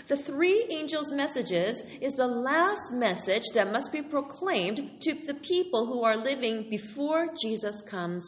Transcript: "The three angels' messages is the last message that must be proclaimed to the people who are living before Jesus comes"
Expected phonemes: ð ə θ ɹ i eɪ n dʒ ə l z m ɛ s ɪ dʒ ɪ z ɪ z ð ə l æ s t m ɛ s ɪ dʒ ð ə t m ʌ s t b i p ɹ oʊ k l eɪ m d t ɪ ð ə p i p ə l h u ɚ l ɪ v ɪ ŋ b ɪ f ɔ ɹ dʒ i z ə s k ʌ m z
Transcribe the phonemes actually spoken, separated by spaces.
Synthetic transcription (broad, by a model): ð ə θ ɹ i eɪ n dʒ l z m ɛ s ɪ dʒ ɪ z ɪ z ð ə l æ s t m ɛ s ɪ dʒ ð ə t m ʌ s t b i p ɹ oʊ k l eɪ m t ɪ ð ə p i p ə l h u ɚ l ɪ v ɪ ŋ b ɪ f ɔ ɹ dʒ i z ə s k ʌ m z